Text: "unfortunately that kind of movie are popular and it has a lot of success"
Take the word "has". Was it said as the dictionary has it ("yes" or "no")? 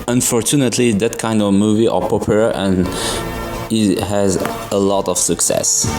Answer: yes